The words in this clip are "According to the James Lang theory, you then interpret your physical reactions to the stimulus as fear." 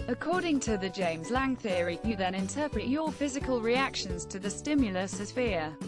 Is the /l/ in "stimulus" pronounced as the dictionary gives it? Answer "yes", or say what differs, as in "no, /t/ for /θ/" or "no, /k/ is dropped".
yes